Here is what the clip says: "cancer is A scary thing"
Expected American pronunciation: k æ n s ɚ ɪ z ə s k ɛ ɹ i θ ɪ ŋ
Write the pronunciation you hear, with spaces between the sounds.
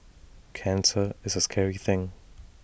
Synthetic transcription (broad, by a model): k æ n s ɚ ɪ z ə s k ɛ ɹ i θ ɪ ŋ